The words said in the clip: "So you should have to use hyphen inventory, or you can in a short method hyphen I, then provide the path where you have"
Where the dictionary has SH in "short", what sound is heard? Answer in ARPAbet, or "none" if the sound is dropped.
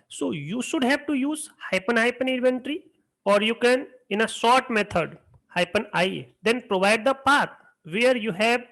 S